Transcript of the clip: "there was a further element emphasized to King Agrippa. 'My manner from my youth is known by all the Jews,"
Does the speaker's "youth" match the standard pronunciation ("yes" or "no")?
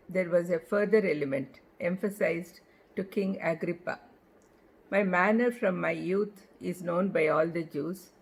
no